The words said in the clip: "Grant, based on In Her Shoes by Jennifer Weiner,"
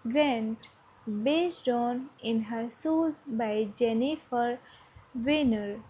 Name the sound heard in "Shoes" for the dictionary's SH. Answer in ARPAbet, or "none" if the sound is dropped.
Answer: S